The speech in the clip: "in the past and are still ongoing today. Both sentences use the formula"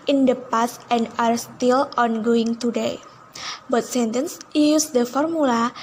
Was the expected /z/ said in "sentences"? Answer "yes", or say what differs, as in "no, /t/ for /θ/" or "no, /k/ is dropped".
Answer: no, /z/ is dropped